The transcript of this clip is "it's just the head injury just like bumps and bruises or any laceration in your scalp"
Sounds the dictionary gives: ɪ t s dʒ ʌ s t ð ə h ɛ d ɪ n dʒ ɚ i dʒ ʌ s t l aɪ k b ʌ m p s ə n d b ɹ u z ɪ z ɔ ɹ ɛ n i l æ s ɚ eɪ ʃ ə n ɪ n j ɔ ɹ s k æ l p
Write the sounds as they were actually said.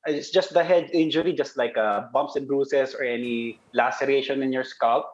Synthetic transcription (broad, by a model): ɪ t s dʒ ʌ s t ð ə h ɛ d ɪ n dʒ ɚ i dʒ ʌ s t l aɪ k b ʌ m p s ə n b ɹ u s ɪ s ɔ ɹ ɛ n i l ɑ s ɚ eɪ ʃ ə n ɪ n j ɔ ɹ s k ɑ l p